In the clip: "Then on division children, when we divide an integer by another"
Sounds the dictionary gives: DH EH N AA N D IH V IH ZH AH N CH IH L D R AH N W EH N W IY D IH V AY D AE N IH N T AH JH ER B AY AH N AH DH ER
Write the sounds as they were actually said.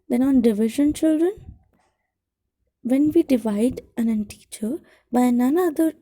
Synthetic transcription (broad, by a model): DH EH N AA N D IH V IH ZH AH N CH IH L D R AH N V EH N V IY D IH V AY D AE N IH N T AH CH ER B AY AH N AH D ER